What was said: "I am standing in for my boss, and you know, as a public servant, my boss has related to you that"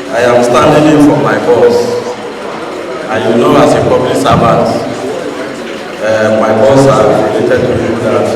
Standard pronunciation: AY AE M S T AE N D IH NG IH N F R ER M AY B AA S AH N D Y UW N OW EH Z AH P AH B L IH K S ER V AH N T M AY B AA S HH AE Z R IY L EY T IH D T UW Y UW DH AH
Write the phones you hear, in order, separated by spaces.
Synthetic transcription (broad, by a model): AY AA M S T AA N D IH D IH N F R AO M AY B AA S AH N Y UW N OW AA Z AH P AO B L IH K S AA B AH T M AY B AA S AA R IY L EY T IH D T UW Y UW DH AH